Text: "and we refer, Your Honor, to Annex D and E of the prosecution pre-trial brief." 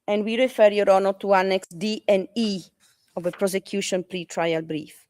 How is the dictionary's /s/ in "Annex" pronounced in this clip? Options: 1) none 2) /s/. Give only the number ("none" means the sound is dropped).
2